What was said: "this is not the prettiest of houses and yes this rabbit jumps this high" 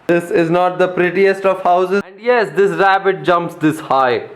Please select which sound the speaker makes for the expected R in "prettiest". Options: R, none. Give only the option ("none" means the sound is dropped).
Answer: R